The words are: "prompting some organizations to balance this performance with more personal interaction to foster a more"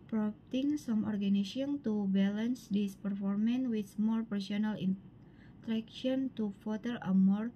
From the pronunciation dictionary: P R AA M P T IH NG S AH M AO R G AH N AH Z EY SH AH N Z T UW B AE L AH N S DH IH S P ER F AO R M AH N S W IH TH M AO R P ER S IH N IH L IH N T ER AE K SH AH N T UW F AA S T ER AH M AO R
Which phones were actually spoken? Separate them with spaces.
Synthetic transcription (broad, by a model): P R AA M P T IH NG S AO M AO R G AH N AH S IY AH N T UW B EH L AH N S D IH S P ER F AO R M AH N W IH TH M AO R P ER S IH N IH L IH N T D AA K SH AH N T UW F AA T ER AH M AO R